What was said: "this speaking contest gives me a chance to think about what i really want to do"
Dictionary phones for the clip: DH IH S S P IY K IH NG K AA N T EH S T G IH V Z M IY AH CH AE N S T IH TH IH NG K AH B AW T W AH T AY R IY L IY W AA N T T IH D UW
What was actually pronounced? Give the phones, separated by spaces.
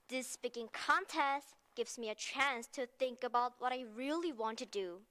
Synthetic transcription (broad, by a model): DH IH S S P IY K IH NG K AA N T EH S T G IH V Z M IY AH CH AE N S T IH TH IH NG K AH B AW T W AH T AY R IY L IY W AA N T T IH D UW